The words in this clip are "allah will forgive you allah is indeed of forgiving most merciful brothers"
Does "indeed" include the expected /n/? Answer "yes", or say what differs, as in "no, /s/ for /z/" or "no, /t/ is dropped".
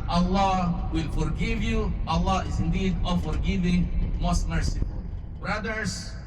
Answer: yes